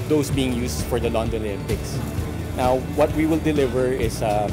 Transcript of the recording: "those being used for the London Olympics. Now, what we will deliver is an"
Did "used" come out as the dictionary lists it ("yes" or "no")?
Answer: no